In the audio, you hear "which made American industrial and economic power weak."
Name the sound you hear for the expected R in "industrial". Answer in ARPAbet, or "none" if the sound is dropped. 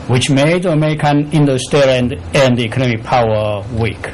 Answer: none